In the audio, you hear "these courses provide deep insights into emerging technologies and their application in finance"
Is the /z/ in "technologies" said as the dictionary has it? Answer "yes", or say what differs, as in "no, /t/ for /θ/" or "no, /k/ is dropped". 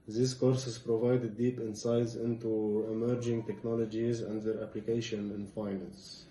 yes